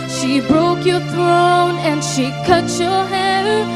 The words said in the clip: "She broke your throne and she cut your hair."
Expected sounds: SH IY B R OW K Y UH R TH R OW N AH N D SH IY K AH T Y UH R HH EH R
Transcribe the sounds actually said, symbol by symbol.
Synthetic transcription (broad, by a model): SH IY B R OW K Y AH R TH R OW N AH N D SH IY K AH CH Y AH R HH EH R